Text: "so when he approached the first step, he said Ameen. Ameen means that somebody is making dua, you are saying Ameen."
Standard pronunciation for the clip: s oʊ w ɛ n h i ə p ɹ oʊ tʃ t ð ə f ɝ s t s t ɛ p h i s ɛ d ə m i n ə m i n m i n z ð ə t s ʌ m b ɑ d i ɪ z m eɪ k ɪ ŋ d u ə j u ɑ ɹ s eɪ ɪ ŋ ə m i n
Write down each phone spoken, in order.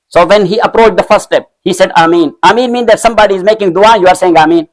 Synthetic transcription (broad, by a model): s oʊ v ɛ n h i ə p ɹ oʊ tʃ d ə f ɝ t s t ɛ p h i s ɛ d ə m i n ə m i n m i n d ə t s ʌ m b ɑ d i ɪ z m eɪ k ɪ ŋ d u ə j u ɑ ɹ s eɪ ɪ ŋ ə m i n